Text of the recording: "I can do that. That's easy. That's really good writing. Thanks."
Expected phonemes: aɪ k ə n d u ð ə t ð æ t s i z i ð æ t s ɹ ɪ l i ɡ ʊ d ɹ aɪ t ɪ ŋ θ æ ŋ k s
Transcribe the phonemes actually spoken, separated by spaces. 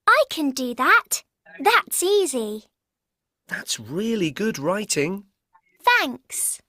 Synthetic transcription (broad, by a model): aɪ k ə n d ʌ ð ə t ð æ t s i z i ð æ t s ɹ ɪ l i ɡ ʊ d ɹ aɪ t ɪ ŋ θ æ ŋ k s